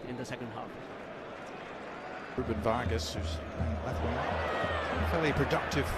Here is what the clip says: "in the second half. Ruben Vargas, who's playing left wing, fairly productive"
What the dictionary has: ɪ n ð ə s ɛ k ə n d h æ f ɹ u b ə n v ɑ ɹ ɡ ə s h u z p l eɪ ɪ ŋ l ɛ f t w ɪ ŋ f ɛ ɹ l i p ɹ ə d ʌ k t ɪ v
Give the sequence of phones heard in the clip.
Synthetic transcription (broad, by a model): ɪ n ð ə s ɛ k ə n d h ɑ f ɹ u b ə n v ɑ ɹ ɡ ə s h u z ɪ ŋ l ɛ t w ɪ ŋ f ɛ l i p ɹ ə d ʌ k t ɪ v